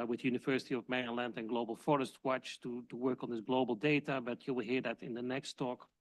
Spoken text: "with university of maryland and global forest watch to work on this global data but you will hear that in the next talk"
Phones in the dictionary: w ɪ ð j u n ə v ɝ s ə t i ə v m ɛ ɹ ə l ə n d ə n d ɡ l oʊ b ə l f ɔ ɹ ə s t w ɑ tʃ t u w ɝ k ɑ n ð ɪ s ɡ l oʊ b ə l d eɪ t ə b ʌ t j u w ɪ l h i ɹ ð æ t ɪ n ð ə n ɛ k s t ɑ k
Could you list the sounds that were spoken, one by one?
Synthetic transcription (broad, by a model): w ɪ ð j u n ə v ɝ s ə t i ə v m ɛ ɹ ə l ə n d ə n ɡ l oʊ b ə l f ɔ ɹ ə s t w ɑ tʃ t u w ɝ k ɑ n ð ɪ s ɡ l oʊ b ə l d eɪ t ə b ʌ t j u w ɪ l h i ɹ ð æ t ɪ n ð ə n ɛ k s t ɑ k